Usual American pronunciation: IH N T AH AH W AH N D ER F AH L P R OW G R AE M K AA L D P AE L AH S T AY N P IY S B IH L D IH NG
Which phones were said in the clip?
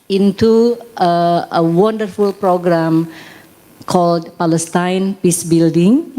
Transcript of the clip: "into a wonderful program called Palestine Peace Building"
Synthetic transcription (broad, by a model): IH N T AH AH W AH N D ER F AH L P R OW G R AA M K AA L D P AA L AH S T AY N P IY S B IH L D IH NG